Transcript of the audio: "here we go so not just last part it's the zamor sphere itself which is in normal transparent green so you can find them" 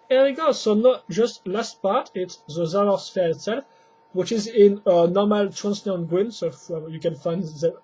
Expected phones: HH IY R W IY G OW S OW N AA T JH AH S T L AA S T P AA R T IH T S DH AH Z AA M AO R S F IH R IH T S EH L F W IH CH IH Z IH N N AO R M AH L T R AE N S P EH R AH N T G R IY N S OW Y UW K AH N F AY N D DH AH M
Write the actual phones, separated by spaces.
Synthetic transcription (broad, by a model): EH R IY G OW S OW N AA T JH AH S T L AA S T P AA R T IH T S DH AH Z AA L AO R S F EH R IH T S EH L F W IH CH IH Z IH N N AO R M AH L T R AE N S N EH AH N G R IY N S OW Y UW K AH N F AY N D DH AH